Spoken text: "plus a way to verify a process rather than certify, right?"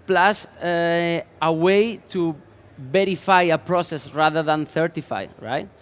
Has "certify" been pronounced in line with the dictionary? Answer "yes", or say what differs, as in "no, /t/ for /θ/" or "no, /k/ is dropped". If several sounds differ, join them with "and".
no, /θ/ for /s/